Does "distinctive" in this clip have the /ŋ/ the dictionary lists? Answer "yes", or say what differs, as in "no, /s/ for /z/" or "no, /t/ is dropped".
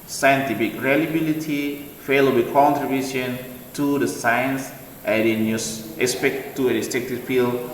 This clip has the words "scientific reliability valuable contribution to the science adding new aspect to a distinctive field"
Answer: no, /ŋ/ is dropped